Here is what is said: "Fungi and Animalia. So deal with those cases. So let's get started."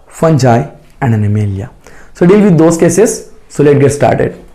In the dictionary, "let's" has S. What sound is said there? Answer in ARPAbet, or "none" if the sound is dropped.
none